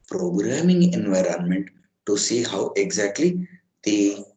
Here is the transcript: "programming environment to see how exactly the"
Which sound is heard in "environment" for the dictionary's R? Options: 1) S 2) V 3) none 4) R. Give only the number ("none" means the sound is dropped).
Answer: 4